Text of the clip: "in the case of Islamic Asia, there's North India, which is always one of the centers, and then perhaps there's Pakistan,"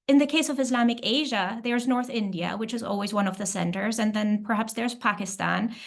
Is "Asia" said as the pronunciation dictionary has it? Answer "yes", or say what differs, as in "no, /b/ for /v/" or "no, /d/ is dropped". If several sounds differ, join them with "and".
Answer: yes